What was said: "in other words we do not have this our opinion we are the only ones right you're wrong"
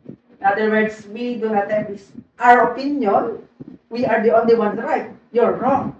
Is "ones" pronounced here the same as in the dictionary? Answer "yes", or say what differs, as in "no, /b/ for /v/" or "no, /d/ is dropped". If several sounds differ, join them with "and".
no, /z/ is dropped